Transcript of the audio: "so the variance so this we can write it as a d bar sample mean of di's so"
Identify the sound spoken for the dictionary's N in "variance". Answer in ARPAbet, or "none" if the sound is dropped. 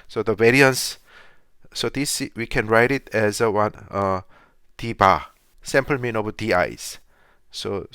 N